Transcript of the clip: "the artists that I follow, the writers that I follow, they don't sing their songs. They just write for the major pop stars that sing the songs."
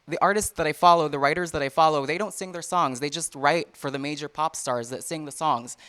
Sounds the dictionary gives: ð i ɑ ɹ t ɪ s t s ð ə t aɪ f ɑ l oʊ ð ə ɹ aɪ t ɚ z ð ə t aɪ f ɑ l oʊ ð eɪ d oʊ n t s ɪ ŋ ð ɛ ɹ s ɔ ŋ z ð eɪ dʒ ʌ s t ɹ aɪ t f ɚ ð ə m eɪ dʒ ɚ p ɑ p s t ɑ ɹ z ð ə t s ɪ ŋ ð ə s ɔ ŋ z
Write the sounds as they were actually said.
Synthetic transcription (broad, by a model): ð i ɑ ɹ t ɪ s t s ð ə t aɪ f ɑ l oʊ ð ə ɹ aɪ t ɚ z ð ə t aɪ f ɑ l oʊ ð eɪ d oʊ n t s ɪ ŋ ð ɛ ɹ s ɔ ŋ z ð eɪ dʒ ʌ s t ɹ aɪ t f ɚ ð ə m eɪ dʒ ɚ p ɑ p s t ɑ ɹ z ð ə t s ɪ ŋ ð ə s ɔ ŋ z